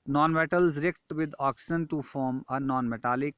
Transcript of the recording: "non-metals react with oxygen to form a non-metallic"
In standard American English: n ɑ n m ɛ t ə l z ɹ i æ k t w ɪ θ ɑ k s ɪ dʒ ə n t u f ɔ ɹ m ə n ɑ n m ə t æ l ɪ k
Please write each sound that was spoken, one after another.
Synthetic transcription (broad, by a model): n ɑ n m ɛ t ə l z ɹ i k t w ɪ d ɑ k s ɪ ə n t u f ɔ ɹ m ə n ɑ n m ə t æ l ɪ k